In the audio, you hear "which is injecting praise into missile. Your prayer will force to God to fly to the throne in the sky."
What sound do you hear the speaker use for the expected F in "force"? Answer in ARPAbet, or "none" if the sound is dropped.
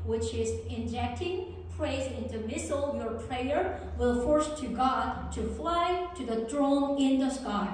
F